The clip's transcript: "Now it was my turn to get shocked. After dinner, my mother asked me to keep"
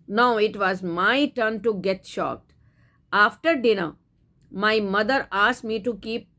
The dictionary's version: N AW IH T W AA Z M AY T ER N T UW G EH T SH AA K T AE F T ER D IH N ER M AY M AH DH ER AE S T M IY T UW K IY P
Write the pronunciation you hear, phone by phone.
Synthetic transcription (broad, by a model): N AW IH T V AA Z M AY T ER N T UW G EH T SH AA K T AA F T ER D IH N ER M AY M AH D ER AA S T M IY T UW K IY P